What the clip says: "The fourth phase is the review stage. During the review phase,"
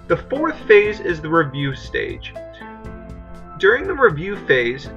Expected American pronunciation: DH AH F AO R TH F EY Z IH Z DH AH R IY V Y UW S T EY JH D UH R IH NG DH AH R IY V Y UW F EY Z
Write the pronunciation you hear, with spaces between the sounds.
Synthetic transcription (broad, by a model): DH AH F AO R TH F EY Z IH Z DH AH R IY V Y UW S T EY JH D UH R IH NG DH AH R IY V Y UW F EY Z